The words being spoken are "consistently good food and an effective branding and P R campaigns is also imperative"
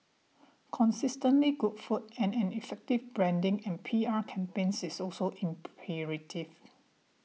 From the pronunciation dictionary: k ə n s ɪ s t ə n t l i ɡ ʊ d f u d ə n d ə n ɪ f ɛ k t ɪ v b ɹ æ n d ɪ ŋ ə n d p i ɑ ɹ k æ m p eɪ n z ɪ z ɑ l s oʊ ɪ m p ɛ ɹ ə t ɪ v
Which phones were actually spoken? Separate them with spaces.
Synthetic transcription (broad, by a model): k ə n s ɪ s t ə n t l i ɡ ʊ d f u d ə n ə n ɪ f ɛ k t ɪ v b ɹ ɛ n d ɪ ŋ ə n p i ɑ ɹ k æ m p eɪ n s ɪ s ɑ l s oʊ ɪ m p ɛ ɹ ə t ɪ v